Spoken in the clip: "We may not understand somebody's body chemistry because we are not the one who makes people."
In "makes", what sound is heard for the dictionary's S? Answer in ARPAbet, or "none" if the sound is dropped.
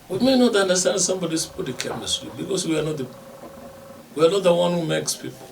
S